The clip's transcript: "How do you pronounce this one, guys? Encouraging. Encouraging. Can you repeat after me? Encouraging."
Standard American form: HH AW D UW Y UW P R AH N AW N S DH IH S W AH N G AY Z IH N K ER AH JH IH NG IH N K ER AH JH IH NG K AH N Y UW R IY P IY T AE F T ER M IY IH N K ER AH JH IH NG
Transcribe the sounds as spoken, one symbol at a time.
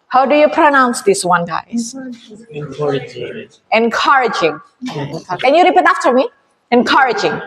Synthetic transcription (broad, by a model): HH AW D UW Y UW P R AH N AW N S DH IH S W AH N G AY IH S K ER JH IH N K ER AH JH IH NG K AH N Y UW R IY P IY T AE F T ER M IY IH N K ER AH JH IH NG